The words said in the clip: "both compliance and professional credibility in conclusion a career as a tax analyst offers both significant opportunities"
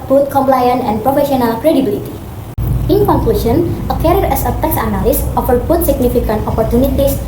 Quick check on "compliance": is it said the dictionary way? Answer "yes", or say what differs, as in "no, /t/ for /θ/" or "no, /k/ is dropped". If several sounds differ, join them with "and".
no, /s/ is dropped